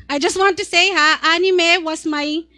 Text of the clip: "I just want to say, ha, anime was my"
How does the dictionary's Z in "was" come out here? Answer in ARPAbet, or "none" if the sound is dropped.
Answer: S